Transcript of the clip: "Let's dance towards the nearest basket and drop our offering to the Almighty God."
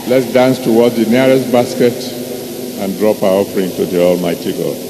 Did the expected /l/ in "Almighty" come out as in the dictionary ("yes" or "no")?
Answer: yes